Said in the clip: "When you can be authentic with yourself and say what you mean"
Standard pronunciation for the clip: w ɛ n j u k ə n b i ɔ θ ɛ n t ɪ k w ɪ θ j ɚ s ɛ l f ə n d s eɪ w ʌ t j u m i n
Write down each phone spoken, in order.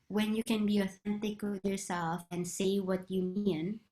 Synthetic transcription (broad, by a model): w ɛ n j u k ə n b i ɔ θ ɛ n t ɪ k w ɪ j ɚ s ɛ l f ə n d s eɪ w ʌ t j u m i n